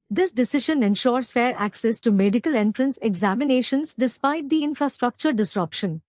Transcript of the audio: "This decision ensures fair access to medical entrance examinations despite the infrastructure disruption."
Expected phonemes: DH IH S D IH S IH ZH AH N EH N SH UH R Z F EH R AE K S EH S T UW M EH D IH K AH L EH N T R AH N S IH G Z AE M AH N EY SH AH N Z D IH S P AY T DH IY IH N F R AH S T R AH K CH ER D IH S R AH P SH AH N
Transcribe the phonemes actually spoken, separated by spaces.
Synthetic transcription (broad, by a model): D IH S D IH S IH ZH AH N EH N SH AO R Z F EH R AE K S EH S T UW M EH D IH K AH L EH N T R AH N S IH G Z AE M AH N EY SH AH N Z D IH S P AY T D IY IH N F R AH S T R AH K CH ER D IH S R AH P SH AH N